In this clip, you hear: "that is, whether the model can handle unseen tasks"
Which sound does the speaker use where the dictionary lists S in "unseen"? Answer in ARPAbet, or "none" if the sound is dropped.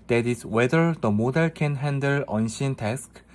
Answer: SH